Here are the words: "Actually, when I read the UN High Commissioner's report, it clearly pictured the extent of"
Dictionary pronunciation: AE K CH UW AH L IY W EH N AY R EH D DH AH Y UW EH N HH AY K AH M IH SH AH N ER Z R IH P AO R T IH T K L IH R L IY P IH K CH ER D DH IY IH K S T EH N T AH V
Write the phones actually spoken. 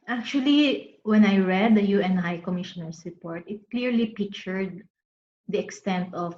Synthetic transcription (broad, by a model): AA K CH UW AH L IY W EH N AY R EH D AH Y UW EH N HH AY K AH M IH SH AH N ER S R IH P AO R T IH T K L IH R L IY P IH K CH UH D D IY IH K S T EH N T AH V